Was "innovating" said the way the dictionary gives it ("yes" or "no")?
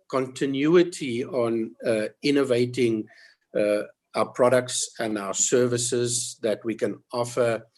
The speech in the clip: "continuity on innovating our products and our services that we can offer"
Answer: yes